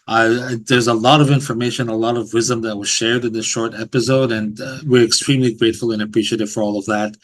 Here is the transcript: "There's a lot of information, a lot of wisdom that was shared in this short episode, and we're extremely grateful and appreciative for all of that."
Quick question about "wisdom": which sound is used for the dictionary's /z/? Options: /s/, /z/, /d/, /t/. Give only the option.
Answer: /z/